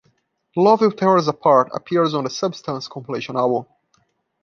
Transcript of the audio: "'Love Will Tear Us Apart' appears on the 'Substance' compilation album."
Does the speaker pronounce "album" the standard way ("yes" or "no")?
no